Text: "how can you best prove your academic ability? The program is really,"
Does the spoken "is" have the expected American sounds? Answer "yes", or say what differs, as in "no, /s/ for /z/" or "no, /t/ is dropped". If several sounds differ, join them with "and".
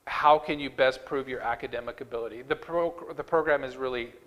yes